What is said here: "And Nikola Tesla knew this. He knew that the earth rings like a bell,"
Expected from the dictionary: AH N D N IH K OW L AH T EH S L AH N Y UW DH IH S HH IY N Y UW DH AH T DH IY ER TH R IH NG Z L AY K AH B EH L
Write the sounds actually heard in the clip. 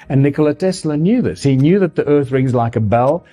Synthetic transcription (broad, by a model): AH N N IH K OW L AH T EH S L AH N Y UW DH IH S HH IY N Y UW DH AH T DH IY ER TH R IH NG Z L AY K AH B EH L